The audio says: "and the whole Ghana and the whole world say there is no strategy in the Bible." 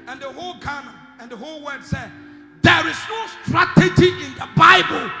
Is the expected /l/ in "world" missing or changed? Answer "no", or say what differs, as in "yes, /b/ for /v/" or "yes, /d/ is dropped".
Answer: yes, /l/ is dropped